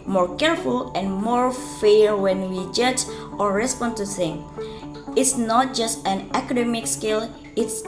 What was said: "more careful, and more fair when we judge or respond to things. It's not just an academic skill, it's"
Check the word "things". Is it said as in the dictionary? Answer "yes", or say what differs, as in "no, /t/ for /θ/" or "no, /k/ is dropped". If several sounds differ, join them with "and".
no, /z/ is dropped